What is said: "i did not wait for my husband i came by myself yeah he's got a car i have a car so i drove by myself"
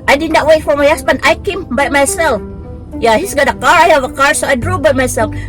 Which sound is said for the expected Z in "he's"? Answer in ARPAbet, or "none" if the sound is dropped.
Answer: S